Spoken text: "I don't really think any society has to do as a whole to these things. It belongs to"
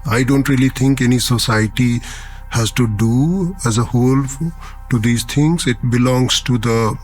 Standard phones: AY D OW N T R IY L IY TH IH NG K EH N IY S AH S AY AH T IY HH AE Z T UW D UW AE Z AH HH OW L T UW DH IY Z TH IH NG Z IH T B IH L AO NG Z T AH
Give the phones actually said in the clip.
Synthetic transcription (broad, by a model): AY D OW N T R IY L IY T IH NG K EH N IY S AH S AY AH T IY HH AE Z T UW D UW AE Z AH HH OW L T UW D IY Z T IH NG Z IH T B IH L AO NG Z T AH